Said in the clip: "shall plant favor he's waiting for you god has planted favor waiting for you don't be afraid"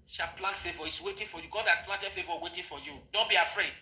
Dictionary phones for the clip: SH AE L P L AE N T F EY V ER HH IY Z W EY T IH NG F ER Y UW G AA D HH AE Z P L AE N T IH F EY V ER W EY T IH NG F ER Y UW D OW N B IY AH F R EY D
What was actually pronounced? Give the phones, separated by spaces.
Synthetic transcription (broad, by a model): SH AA P L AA N F EY V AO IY S W EY T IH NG F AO Y UW G AA D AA S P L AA T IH F EY V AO W EY T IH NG F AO Y UW D OW N B IY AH F R EY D